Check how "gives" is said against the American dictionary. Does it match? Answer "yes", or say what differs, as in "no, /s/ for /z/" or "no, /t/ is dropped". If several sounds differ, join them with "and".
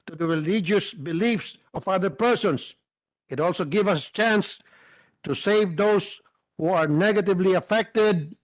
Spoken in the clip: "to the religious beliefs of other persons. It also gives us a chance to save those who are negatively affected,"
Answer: no, /z/ is dropped